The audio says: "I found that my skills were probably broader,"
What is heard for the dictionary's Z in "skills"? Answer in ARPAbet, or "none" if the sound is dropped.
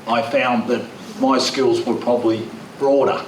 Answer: Z